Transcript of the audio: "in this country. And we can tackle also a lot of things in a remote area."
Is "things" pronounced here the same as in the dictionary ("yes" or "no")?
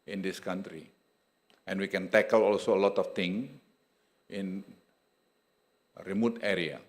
no